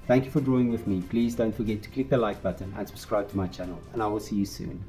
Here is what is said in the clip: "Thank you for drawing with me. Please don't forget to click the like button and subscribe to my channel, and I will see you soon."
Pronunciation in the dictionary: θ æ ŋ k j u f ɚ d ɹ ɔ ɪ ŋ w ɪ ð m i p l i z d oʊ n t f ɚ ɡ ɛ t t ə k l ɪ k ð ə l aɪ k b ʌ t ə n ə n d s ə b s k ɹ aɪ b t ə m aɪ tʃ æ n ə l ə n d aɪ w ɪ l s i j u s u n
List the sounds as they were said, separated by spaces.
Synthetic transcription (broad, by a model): θ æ ŋ k j u f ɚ d ɹ ɔ ɪ ŋ w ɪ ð m i p l i z d oʊ n t f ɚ ɡ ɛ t t ə k l ɪ k ð ə l aɪ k b ʌ t ə n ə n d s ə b s k ɹ aɪ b t ə m aɪ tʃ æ n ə l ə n aɪ w ɪ l s i j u s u n